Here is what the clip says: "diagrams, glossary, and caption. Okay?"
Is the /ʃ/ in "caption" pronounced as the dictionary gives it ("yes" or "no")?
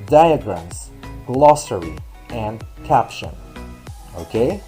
yes